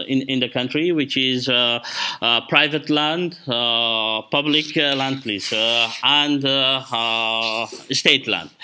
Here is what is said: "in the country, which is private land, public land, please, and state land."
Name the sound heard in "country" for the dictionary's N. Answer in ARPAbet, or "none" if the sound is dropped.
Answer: N